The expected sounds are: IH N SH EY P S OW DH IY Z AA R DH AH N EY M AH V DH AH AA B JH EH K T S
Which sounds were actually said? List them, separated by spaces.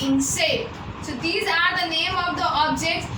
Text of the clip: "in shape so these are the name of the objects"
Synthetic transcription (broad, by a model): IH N S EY S OW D IY Z AA R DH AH N EY M AH V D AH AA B JH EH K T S